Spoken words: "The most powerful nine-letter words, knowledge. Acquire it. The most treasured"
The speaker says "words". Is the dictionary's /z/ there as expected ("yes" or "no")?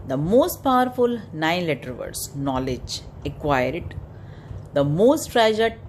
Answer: no